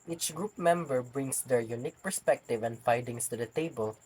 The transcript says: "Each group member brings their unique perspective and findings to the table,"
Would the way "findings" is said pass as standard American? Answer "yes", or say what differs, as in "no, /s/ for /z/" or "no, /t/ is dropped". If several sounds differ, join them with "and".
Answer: no, /n/ is dropped and /s/ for /z/